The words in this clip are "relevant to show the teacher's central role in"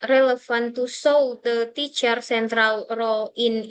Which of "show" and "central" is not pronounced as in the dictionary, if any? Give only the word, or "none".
show